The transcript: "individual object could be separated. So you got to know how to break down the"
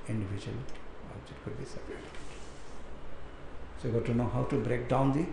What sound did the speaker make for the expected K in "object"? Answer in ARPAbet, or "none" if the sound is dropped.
none